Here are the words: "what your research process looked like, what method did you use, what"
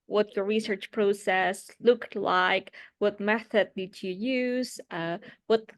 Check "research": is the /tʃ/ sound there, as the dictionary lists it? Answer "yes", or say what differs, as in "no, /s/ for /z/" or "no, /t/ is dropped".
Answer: yes